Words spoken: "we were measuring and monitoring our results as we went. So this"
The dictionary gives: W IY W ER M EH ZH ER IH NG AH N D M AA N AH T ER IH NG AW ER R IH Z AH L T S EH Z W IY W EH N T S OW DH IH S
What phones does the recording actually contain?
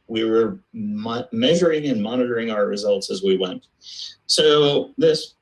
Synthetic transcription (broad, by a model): W IY W ER M EH ZH ER IH NG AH N M AA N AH T ER IH NG AW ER R IH Z AH L T S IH Z W IY W EH N T S OW DH IH S